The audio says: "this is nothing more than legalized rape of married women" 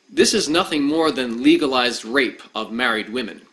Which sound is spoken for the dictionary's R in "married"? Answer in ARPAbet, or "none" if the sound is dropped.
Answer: R